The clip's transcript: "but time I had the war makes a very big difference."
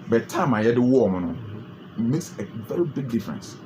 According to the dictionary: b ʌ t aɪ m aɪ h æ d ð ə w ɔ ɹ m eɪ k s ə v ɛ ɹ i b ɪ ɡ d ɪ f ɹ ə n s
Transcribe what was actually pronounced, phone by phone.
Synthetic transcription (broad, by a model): b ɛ t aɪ m aɪ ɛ d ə w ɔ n m eɪ k s ə v ɛ ɹ i b ɪ ɡ d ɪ f ɹ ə n s